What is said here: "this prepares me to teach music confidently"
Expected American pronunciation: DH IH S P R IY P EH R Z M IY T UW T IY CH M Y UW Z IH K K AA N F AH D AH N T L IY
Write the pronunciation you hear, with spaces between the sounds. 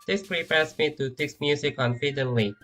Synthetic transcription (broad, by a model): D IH S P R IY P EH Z M IY T UW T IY S M Y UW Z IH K K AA N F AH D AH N L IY